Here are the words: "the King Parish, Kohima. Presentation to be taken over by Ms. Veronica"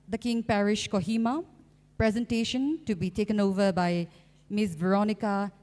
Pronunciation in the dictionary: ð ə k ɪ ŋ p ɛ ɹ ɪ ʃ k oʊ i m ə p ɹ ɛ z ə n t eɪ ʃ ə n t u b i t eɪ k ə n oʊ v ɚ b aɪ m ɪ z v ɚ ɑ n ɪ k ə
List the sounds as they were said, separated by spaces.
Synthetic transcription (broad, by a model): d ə k ɪ ŋ p ɛ ɹ ɪ ʃ k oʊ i m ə p ɹ ɛ z ə n t eɪ ʃ ə n t u b i t eɪ k ə n oʊ v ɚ b aɪ m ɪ s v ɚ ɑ n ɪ k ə